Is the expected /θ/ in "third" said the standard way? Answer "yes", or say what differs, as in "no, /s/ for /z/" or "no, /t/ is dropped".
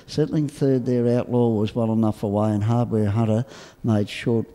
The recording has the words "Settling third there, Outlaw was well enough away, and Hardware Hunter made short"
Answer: yes